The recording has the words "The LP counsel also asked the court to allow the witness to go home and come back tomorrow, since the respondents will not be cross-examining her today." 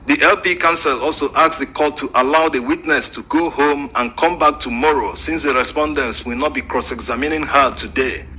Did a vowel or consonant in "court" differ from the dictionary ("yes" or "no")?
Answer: yes